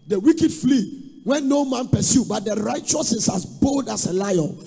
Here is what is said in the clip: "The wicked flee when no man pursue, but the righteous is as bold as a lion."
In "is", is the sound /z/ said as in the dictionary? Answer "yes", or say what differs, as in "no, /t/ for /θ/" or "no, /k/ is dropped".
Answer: no, /s/ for /z/